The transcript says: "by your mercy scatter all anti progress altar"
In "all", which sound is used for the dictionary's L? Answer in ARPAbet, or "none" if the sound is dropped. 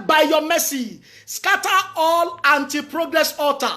L